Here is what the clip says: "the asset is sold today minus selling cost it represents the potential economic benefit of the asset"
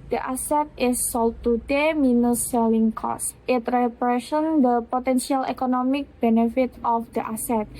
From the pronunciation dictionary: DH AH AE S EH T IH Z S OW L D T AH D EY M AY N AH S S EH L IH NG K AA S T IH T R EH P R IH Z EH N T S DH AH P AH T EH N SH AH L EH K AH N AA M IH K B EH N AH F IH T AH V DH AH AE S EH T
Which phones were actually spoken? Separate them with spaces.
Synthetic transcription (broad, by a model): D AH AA S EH T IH S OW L T AH D EY M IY N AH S S EH L IH NG K AA S T IH T R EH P R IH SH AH N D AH P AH T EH N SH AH L EH K AH N AA M IH K B EH N AH F IH T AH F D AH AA S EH T